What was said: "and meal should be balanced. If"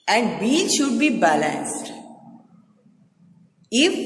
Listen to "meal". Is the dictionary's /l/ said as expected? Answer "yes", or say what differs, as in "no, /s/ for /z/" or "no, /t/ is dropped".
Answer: no, /n/ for /l/